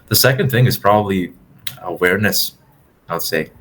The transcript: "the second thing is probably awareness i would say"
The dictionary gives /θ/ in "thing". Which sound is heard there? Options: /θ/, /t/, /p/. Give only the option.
/θ/